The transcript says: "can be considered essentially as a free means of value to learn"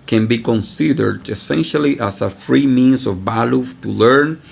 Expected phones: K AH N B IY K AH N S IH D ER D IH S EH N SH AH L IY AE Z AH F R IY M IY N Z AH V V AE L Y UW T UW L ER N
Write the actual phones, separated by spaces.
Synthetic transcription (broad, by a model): K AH N B IY K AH N S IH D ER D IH S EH N SH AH L IY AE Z AH F R IY M IY N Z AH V B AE L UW T UW L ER N